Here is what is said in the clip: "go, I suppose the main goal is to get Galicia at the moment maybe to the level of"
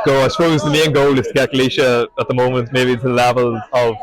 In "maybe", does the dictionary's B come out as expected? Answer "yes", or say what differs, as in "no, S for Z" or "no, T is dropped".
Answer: no, B is dropped